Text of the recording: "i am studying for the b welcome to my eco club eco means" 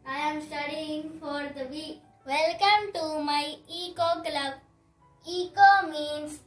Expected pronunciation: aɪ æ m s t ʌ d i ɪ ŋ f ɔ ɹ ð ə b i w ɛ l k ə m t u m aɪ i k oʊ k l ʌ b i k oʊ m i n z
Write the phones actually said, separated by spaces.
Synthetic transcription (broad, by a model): aɪ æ m s t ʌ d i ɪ ŋ f ɔ ɹ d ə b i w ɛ l k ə m t u m aɪ i k oʊ k l ʌ b i k oʊ m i n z